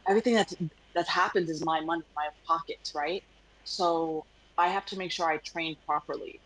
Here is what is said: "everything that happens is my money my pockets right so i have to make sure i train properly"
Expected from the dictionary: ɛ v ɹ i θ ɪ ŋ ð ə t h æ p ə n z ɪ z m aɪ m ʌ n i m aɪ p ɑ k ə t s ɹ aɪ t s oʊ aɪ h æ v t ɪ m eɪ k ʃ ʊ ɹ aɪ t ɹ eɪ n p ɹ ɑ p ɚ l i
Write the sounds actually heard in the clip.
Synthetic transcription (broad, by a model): ɛ v ɹ i θ ɪ ŋ ð ə t h æ p ə n z ɪ z m aɪ m ʌ n i m aɪ p ɑ k ə t s ɹ aɪ t s oʊ aɪ h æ f t ɪ m eɪ k ʃ ʊ ɹ aɪ t ɹ eɪ n p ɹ ɑ p ɚ l i